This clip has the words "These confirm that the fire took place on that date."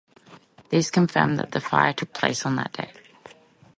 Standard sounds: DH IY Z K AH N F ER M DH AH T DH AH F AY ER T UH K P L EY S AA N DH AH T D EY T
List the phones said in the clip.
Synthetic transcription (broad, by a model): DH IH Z K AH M F ER M DH AH T DH AH F AY ER T UH K P L EY S N DH AH T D EY